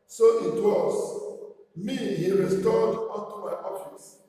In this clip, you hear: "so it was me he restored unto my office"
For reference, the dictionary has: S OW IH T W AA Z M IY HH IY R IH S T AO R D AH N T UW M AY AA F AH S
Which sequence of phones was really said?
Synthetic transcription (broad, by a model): S OW IH T W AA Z M IY HH IY R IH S T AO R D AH T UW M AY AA F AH S